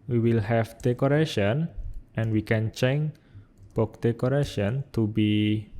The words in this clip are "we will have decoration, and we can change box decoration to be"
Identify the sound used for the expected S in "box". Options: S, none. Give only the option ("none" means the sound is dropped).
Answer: none